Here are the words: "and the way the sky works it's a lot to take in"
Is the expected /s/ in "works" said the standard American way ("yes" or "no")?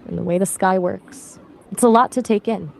yes